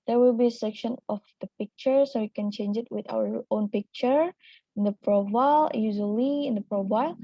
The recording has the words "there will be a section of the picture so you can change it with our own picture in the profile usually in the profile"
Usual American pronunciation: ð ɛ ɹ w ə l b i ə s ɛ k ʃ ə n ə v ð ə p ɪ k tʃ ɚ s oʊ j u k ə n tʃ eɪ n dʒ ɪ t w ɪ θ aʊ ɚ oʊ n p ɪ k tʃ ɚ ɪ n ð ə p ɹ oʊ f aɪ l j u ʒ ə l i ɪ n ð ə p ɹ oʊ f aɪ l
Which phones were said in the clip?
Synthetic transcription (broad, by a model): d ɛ ɹ w ə l b i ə s ɛ k ʃ ə n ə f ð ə p ɪ k tʃ ɚ s oʊ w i k ə n tʃ eɪ n dʒ ɪ t w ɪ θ aʊ ɚ oʊ n p ɪ k tʃ ɚ ɪ n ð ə p ɹ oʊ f aɪ l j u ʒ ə l i ɪ n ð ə p ɹ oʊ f aɪ l